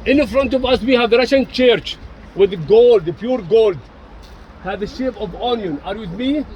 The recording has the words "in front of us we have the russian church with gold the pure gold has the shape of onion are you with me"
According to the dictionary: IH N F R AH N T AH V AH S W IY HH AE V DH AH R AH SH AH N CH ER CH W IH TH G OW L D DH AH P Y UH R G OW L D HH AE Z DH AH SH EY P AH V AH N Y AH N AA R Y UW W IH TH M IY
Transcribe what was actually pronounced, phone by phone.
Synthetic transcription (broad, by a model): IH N F R AH N T AH V AH S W IY HH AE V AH R AH SH AH N CH ER CH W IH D G OW L D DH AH P Y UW R G OW L D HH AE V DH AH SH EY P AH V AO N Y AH N AA R Y UW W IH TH M IY